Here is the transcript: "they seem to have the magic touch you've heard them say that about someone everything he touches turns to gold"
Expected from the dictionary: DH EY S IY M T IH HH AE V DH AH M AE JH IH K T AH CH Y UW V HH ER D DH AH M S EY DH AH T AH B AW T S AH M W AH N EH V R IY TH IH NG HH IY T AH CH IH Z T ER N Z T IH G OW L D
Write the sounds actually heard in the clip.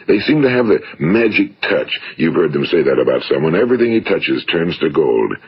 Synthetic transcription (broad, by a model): DH EY S IY M T IH V DH AH M AE JH IH K T AH CH Y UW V HH ER D DH AH M S EY DH AH T AH B AW T S AH M W AH N EH V R IY TH IH NG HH IY T AH CH IH Z T ER N Z T IH G OW L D